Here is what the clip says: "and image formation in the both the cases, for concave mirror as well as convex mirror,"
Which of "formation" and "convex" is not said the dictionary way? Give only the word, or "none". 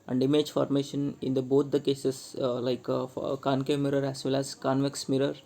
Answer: none